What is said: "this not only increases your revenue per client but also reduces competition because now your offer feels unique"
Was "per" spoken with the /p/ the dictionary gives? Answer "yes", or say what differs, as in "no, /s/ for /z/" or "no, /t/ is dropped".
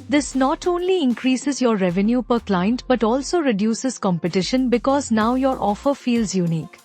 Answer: yes